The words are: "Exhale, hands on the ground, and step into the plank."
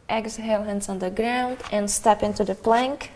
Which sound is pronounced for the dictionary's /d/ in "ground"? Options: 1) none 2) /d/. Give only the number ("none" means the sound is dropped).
2